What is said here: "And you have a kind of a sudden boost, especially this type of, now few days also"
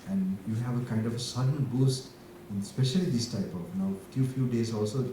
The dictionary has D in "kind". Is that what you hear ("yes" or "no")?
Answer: yes